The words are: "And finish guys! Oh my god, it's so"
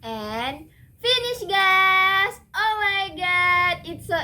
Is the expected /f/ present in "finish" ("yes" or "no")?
yes